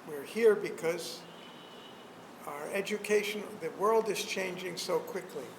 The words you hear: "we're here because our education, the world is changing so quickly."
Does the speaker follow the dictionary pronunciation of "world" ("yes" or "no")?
yes